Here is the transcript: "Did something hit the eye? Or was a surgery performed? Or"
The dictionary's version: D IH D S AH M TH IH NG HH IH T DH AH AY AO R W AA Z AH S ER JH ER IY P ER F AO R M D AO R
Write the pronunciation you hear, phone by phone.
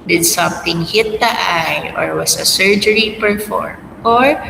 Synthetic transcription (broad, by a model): D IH D S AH M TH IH NG HH IH T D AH AY AO R W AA S AH S ER JH ER IY P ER F AO R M AO R